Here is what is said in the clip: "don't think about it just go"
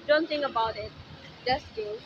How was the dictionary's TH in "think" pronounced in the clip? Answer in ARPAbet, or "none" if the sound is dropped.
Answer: T